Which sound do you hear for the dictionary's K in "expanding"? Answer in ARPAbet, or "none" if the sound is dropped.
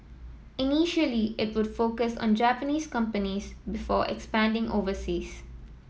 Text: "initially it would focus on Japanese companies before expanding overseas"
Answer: K